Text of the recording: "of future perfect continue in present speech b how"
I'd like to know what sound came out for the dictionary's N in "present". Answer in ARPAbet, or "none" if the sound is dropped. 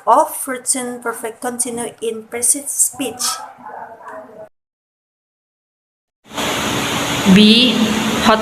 none